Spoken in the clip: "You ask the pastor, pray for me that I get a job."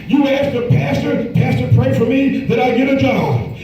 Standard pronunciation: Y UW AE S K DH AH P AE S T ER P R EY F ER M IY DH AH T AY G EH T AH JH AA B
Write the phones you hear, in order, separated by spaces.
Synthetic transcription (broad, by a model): Y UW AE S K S AH P AE S T ER P R EY F ER M IY DH AH T AY G EH T AH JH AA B